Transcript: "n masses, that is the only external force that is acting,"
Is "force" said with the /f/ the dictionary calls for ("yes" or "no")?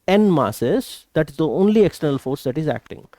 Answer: yes